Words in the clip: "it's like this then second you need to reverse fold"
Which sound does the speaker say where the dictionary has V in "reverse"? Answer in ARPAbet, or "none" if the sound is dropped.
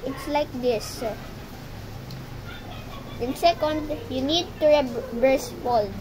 B